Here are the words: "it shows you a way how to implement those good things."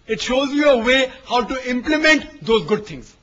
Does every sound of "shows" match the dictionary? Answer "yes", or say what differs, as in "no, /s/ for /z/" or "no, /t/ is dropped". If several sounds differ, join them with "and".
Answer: yes